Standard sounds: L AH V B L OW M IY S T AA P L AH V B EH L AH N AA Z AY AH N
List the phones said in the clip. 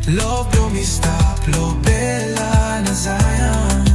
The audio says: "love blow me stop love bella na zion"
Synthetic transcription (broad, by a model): L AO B OW M IY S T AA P L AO B EH L AH N AA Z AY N